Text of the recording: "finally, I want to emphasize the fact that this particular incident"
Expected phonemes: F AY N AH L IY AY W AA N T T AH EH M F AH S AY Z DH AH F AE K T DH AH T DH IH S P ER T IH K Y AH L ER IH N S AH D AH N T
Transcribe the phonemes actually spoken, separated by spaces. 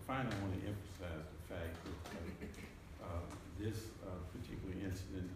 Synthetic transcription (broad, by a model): F AY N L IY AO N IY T T EH M F AH S AY Z DH AH F AE K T DH AH T DH IH S P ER T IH K Y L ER IH N S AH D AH N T